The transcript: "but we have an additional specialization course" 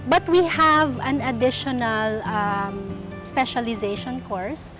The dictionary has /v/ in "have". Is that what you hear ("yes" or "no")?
yes